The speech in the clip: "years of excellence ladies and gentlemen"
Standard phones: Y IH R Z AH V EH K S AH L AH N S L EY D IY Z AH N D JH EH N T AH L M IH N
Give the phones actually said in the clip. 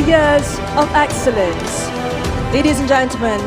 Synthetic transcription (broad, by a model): Y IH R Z AH V EH K S AH L AH N S L EY D IY Z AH N JH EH N T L M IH N